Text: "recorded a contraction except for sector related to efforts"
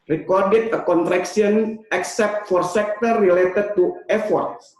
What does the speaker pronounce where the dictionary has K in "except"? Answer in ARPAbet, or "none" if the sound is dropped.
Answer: K